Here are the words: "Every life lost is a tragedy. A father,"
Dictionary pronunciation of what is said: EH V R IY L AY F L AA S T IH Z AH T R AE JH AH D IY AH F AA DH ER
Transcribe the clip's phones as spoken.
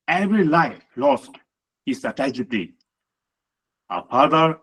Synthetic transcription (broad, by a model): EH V R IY L AY F L AA S T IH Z AH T AE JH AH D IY AH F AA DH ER